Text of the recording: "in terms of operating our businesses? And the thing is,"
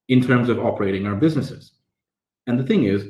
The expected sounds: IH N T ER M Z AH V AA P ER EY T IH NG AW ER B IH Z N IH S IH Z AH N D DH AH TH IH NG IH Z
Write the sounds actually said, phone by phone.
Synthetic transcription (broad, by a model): IH N T ER M Z AH V AA P ER EY T IH NG AW ER B IH Z N IH S IH Z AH N DH AH TH IH NG IH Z